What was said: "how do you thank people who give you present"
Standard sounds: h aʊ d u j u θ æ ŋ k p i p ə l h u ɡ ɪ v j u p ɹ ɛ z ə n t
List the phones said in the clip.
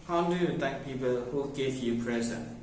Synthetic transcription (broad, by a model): h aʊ d u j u t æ ŋ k p i p ə l h u ɡ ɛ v j u p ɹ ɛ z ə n